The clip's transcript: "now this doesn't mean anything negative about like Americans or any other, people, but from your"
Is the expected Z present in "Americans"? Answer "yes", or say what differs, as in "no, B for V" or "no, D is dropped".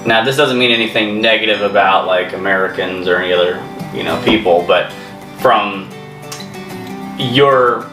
yes